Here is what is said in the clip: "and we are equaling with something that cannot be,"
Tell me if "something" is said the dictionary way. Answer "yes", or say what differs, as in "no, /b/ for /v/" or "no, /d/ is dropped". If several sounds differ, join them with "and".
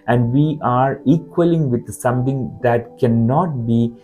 no, /t/ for /θ/